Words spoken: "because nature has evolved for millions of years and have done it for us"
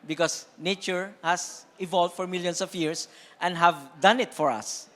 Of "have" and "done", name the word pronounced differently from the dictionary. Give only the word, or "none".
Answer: none